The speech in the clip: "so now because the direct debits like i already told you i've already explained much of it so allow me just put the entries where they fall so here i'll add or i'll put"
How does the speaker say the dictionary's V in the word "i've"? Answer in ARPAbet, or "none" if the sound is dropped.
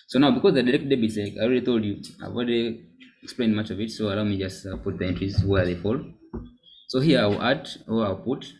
W